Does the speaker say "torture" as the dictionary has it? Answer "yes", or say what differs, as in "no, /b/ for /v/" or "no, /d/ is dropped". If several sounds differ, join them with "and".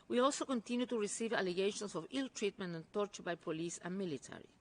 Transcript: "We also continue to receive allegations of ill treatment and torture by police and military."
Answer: yes